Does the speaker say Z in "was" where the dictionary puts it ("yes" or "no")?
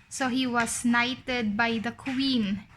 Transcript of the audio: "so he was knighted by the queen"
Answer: no